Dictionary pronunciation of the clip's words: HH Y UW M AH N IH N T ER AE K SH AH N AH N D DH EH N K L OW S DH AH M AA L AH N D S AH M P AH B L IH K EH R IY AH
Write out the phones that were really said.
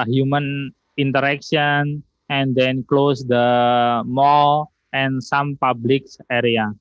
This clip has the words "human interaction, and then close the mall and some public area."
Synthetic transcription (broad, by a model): HH Y UW M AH N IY N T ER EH K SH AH N AH N D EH N K L OW S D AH M AA L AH N S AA M P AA B L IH K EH R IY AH